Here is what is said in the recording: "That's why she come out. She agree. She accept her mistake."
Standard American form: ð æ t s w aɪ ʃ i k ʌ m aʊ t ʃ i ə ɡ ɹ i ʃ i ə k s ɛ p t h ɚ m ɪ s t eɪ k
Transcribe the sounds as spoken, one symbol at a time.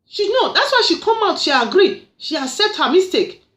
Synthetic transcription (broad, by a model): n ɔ t s w aɪ ʃ i k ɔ m aʊ t ʃ i ə ɡ ɹ i ʃ i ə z s ɛ t h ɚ m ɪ s t eɪ k